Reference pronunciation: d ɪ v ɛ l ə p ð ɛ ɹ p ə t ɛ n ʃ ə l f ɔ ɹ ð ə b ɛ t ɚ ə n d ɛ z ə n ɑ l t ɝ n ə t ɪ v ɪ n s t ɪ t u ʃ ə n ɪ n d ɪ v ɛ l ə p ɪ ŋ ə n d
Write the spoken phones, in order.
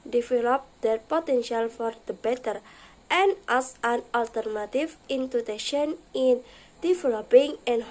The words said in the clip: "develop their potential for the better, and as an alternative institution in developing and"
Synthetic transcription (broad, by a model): d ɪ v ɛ l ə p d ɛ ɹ p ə t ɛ n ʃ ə l f ɔ ɹ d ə b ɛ t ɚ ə n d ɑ s ə n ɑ l t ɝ n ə t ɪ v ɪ n t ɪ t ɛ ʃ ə n ɪ n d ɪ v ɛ l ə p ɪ ŋ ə n